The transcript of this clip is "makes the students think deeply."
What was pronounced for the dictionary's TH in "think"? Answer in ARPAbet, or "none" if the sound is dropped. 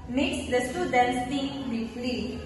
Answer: T